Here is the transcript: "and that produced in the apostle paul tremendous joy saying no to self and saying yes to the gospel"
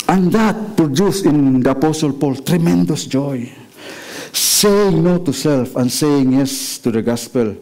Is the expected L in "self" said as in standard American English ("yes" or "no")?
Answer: yes